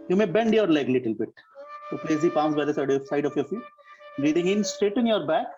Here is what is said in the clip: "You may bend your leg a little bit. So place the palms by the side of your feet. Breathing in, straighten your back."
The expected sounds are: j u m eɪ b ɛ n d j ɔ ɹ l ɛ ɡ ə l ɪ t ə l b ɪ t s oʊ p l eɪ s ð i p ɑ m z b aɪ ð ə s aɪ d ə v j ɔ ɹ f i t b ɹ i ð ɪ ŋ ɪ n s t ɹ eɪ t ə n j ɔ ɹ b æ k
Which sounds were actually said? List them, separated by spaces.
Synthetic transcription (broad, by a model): j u m eɪ b ɛ n d j ɔ ɹ l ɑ ə l ɪ t ə l b ɪ t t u p l eɪ s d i p ɑ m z b aɪ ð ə s aɪ d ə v j ɔ ɹ f i t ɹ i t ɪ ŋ ɪ n s t eɪ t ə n j ɔ ɹ b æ k